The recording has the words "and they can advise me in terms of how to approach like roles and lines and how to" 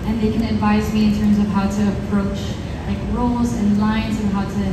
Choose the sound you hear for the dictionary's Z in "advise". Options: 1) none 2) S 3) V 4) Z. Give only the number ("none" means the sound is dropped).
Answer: 4